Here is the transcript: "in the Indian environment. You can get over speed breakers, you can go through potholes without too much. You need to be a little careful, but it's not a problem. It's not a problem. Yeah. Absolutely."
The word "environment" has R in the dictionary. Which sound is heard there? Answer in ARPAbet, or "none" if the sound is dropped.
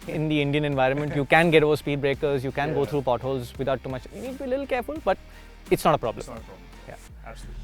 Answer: R